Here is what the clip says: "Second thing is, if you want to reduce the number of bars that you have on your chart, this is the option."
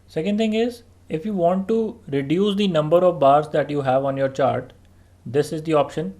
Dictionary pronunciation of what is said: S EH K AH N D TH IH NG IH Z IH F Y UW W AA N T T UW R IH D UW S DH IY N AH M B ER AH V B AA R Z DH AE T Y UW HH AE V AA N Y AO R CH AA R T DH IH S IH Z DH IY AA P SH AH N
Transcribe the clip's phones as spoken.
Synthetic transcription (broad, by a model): S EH K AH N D T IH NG IH Z IH F Y UW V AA N T T UW R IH D UW S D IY N AH M B ER AH V B AA R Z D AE T Y UW HH AE V AA N Y AO R CH AA R T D IH S IH Z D IY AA P SH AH N